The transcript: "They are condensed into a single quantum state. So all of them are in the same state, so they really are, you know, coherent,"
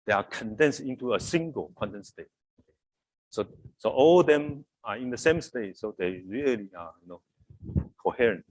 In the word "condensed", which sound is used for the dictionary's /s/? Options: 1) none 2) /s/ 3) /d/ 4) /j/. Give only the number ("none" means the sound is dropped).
2